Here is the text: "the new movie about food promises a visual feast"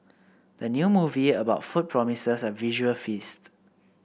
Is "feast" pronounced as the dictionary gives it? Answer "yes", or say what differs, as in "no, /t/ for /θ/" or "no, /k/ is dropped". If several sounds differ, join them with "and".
yes